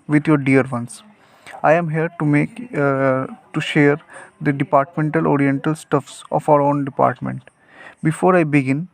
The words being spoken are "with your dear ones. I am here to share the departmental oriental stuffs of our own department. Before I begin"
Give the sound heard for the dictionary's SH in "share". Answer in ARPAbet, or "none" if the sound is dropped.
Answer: SH